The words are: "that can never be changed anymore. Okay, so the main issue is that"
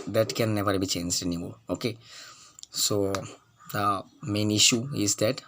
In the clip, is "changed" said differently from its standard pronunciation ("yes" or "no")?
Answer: no